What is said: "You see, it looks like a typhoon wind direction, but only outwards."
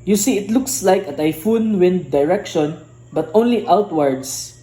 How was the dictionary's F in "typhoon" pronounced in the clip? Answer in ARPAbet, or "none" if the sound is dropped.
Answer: F